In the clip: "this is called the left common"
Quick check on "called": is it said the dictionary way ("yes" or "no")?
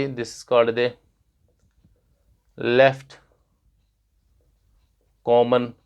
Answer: no